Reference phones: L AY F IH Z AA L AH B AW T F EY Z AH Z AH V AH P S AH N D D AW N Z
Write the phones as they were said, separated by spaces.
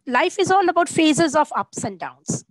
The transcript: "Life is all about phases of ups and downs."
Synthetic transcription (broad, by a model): L AY F IH Z AA L AH B AW T F EY Z AH Z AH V AH P S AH N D D AW N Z